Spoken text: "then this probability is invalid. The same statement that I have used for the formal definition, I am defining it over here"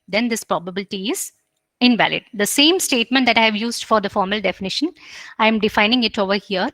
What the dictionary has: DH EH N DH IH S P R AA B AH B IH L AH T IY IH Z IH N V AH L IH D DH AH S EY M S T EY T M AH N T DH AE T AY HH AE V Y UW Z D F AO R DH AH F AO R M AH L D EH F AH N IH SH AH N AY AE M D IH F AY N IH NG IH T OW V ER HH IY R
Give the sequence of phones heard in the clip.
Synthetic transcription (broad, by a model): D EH N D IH S P R AA B AH B IH L AH T IY IH Z IH N V AH L IH D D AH S EY M S T EY T M AH N T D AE T AY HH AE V Y UW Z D F AO R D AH F AO R M AH L D EH F AH N IH SH AH N AY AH M D IH F AY N IH NG IH T OW V ER HH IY R